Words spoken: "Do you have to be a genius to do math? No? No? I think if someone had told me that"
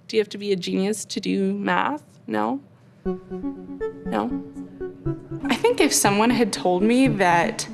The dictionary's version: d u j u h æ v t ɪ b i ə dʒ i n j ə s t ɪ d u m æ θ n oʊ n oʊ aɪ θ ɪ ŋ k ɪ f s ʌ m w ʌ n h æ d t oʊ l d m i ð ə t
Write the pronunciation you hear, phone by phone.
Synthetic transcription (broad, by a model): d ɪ j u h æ f t ɪ b i ə dʒ i n j ə s t ɪ d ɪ m æ θ n oʊ n oʊ aɪ θ ɪ ŋ k ɪ f s ʌ m w ʌ n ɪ d t oʊ l d m i ð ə t